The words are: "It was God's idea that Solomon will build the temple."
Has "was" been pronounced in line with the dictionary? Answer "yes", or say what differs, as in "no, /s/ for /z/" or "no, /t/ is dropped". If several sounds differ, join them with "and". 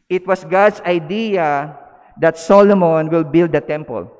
no, /s/ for /z/